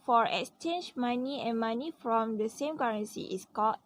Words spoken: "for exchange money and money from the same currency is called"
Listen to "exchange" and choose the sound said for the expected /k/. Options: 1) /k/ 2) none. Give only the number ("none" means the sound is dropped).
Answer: 1